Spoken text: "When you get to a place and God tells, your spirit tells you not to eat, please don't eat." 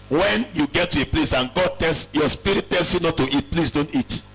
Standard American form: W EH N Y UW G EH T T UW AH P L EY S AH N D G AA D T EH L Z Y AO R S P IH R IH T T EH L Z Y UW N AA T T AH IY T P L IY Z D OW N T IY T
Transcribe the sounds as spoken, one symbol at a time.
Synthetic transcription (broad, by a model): W EH N Y UW G EH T T UW AH P L EY S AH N G AA D T EH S Y AO S P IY R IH T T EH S Y UW N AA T T AH IY T P L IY S D OW N T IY T